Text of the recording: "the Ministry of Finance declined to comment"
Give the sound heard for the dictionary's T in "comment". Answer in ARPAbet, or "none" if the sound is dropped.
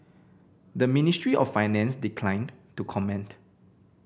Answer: T